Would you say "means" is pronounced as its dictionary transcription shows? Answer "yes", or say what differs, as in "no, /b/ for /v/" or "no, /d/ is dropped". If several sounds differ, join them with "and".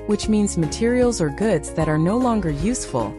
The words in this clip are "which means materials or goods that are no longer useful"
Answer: yes